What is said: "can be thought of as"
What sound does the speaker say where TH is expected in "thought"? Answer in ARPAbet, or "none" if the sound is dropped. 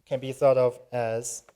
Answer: TH